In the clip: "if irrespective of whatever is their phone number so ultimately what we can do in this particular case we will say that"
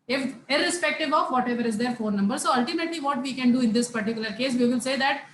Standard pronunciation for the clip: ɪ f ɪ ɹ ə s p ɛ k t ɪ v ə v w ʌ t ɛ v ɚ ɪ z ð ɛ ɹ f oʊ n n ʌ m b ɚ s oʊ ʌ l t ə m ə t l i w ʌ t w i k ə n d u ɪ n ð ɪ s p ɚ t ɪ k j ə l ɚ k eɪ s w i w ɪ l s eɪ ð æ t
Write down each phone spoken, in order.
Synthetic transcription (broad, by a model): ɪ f ɪ ɹ ə s p ɛ k t ɪ v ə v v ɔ t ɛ v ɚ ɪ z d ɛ ɹ f oʊ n n ʌ m b ɚ s oʊ ʌ l t ə m ə t l i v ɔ t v i k ə n d u ɪ n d ɪ s p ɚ t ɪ k j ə l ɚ k eɪ s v i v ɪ l s eɪ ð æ t